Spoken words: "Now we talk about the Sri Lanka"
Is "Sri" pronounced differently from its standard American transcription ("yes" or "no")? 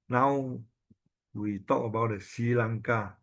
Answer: yes